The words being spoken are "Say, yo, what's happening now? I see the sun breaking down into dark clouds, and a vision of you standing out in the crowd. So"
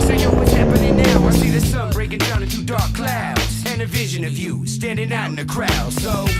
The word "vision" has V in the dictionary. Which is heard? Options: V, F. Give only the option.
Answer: V